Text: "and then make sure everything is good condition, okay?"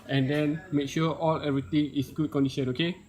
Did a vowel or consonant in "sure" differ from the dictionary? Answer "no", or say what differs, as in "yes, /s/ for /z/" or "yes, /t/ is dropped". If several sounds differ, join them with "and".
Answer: yes, /l/ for /ɹ/